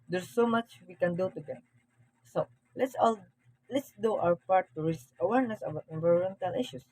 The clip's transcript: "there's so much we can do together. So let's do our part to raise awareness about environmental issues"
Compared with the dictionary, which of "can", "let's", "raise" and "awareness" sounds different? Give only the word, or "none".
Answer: raise